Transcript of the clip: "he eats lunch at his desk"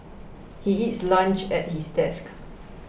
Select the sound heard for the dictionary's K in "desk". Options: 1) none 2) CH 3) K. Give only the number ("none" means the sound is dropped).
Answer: 3